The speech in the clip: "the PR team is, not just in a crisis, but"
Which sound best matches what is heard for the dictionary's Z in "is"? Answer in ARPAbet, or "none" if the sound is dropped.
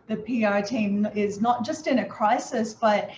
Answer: Z